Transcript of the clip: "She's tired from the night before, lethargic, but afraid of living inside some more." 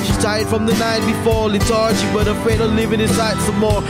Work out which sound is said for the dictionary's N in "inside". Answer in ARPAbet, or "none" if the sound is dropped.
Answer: none